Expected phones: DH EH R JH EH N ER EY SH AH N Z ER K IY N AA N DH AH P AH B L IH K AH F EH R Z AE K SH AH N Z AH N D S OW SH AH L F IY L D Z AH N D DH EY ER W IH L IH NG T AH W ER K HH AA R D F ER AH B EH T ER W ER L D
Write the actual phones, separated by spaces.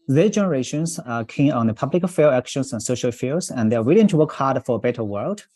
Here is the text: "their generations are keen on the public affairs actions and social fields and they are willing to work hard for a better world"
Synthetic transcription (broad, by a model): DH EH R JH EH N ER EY SH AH N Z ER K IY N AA N DH AH P AH B L IH K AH F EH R AE K SH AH N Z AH N S OW SH AH L F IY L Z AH N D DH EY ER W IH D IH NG T AH W ER K HH AA R D F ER AH B EH T ER W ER L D